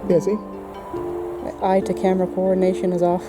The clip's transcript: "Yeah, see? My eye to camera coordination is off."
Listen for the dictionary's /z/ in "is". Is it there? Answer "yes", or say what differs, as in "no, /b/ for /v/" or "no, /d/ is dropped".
yes